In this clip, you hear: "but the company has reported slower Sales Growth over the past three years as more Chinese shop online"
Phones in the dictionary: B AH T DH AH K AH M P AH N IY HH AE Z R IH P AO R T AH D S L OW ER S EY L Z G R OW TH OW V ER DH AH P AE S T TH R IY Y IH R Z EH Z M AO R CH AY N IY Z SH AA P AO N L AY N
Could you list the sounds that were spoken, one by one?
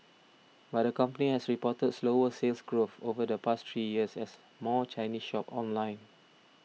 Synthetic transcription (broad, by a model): B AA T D AH K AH M P AH N IY HH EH S R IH P AO T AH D S L OW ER S EY L S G R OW F OW V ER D AH P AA S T R IY Y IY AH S EH S M AO CH AY N IY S SH AA P AO N L AY N